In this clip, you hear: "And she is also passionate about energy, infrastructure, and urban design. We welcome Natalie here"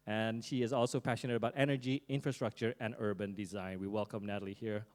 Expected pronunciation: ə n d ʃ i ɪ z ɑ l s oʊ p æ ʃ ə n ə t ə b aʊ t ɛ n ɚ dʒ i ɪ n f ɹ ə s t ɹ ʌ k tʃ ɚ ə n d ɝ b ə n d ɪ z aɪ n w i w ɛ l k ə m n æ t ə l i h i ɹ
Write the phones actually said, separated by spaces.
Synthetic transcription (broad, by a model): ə n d ʃ i ɪ z ɑ l s oʊ p æ ʃ ə n ə t ə b aʊ t ɛ n ɚ dʒ i ɪ n f ɹ ə s t ɹ ʌ k tʃ ɚ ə n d ɝ b ə n d ɪ z aɪ n w i w ɛ l k ə m n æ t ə l i h i ɹ